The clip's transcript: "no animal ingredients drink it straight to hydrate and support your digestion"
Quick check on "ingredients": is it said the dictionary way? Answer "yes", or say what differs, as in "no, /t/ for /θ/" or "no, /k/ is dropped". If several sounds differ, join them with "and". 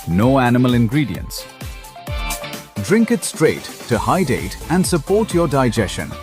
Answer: yes